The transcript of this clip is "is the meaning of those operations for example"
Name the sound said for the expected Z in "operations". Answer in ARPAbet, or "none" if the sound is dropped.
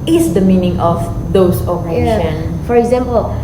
none